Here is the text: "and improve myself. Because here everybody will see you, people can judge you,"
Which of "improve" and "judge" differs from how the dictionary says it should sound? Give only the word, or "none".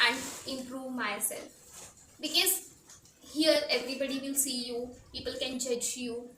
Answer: none